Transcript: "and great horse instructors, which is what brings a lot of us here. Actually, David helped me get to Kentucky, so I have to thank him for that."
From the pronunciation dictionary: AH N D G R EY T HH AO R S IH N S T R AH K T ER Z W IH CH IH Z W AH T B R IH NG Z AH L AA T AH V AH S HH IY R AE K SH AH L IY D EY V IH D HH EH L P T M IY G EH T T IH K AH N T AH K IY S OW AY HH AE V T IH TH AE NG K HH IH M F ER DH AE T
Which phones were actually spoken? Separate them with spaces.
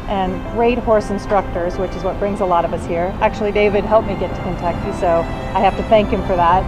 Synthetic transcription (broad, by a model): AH N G R EY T HH AO R S IH N S T R AH K T ER Z W IH CH IH Z W AH T B R IH NG Z AH L AA T AH V AH S HH IY R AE K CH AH L IY D EY V IH D HH EH L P M IY G EH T T IH K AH N T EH K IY S OW AY HH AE F T IH TH AE NG K HH IH M F ER DH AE T